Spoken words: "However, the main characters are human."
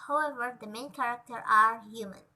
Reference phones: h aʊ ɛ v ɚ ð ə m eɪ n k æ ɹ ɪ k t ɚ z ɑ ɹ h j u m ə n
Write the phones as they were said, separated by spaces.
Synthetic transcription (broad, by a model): h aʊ ɛ v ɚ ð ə m eɪ n k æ ɹ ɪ k t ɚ ɑ ɹ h j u m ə n